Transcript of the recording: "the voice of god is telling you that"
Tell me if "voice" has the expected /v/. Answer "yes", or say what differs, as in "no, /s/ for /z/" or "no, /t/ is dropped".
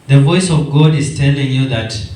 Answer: yes